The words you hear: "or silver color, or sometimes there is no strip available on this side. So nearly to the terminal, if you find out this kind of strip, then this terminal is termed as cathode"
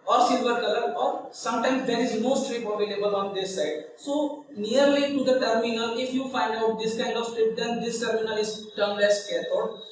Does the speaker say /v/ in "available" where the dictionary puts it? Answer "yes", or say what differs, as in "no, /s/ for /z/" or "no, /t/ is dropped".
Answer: no, /b/ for /v/